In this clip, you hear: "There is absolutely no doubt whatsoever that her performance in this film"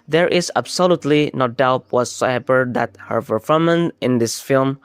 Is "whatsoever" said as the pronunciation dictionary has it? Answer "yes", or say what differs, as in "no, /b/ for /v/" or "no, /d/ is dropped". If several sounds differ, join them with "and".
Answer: no, /p/ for /v/